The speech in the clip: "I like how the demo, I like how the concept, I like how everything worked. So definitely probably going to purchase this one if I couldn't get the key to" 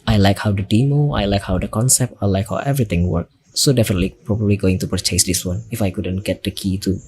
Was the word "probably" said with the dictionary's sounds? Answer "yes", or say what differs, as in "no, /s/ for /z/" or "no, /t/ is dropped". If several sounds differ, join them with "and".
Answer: yes